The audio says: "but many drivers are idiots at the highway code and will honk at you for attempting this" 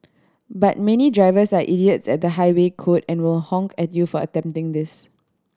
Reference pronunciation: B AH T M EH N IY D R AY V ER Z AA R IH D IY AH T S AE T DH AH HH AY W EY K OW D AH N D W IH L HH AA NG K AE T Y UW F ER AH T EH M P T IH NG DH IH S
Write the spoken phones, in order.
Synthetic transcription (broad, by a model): B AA T M EH N IY D R AY V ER S AA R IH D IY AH T S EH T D AH HH AY W EY K OW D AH N W IH L HH AA NG K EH T Y UW F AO AH T EH M P T IH NG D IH S